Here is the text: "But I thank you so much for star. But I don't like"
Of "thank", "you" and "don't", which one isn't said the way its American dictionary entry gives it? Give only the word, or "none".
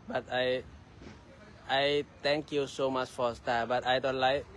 thank